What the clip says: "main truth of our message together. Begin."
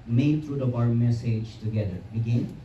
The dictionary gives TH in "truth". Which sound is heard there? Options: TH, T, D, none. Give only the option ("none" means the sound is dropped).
T